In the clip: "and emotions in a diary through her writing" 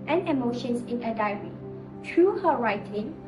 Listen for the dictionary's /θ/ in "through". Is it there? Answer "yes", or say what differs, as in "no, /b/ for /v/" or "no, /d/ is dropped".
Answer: no, /t/ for /θ/